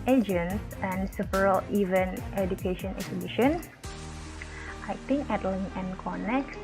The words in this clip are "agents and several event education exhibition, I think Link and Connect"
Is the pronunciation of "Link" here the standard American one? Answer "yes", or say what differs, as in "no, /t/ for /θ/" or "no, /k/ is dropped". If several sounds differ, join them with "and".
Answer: no, /k/ is dropped